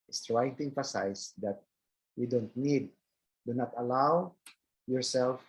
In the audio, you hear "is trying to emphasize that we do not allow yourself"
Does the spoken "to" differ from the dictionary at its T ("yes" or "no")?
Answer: no